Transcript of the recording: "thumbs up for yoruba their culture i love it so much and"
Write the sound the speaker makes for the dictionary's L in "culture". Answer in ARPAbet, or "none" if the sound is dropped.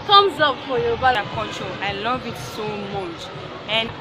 none